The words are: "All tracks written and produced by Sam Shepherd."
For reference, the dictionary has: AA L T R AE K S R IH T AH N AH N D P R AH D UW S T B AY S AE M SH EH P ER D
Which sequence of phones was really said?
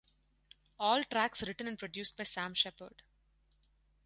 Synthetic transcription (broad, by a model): AA L T R AE K S R IH T AH N AH N D P R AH D UW S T B AY S AE M SH EH P ER D